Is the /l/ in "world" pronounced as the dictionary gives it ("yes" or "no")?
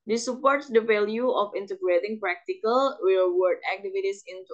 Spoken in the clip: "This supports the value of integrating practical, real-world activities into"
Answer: no